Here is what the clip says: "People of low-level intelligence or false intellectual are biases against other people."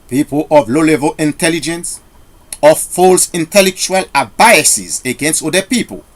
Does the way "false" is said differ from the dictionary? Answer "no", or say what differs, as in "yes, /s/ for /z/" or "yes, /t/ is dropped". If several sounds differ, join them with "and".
no